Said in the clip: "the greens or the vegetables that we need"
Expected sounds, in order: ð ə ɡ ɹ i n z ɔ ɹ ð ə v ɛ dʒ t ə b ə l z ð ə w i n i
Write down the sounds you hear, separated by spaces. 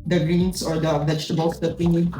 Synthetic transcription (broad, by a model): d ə ɡ ɹ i n s ɔ ɹ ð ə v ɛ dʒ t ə b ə l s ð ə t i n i